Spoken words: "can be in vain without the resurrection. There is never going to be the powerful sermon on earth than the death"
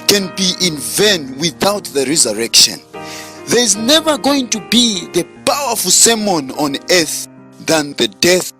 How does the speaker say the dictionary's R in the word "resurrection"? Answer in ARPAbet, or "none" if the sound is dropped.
R